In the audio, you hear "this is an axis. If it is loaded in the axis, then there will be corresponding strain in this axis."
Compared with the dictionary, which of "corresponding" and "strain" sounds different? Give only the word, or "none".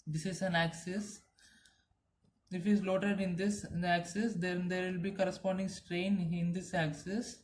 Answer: none